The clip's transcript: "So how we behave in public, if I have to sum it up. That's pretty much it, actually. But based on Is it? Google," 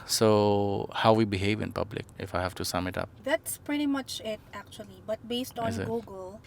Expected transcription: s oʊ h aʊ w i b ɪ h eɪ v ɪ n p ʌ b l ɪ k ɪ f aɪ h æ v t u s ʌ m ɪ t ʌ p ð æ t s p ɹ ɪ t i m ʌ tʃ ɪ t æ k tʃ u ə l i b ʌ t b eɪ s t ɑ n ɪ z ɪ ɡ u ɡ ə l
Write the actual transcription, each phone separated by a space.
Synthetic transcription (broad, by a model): s oʊ h aʊ w i b ɪ h eɪ v ɪ n p ʌ b l ɪ k ɪ f aɪ h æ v t u s ʌ m ɪ t ʌ p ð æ t s p ɹ ɪ t i m ʌ tʃ ɪ t æ k tʃ u ə l i b ʌ t b eɪ s t ɑ n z ɪ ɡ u ɡ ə l